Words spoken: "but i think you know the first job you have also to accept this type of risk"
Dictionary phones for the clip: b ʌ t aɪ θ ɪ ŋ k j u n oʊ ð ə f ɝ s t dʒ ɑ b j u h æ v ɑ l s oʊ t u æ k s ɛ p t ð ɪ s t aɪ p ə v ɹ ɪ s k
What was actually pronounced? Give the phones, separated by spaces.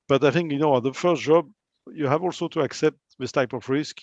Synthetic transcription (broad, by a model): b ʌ t aɪ θ ɪ ŋ k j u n oʊ ð ə f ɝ s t dʒ ɑ b j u h æ v ɑ l s oʊ t u æ k s ɛ p t ð ɪ s t aɪ p ə v ɹ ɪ s k